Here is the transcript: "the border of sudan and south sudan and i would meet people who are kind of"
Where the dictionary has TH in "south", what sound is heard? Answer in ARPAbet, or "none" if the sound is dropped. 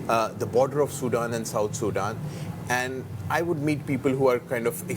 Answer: T